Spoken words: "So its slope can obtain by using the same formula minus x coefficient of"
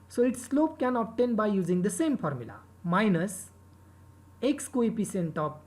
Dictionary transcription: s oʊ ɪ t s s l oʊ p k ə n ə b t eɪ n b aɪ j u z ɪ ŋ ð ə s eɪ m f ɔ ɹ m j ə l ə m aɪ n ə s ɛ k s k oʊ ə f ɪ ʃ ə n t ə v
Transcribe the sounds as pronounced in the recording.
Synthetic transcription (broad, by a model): s oʊ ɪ t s s l oʊ p k ə n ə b t eɪ n b aɪ j u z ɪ ŋ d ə s eɪ m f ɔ ɹ m j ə l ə m aɪ n ə s ɛ k s k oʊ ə p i s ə n t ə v